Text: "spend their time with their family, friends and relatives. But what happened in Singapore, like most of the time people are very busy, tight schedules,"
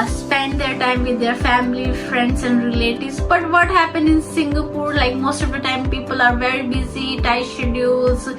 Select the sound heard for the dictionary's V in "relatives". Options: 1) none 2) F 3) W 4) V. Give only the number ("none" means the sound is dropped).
1